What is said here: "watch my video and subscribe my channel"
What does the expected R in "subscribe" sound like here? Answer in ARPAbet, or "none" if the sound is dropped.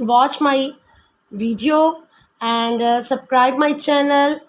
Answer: R